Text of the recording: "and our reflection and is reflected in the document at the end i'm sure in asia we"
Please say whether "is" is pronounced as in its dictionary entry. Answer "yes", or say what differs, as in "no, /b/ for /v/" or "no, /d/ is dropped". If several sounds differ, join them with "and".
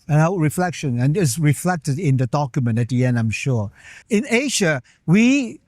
no, /s/ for /z/